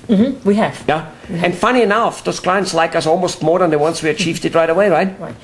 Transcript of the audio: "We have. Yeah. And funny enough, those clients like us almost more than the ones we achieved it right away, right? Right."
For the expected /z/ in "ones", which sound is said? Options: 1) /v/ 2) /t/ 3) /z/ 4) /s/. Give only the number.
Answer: 4